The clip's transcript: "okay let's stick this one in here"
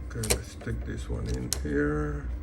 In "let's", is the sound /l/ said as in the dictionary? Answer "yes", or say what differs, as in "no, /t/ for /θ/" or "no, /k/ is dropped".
no, /n/ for /l/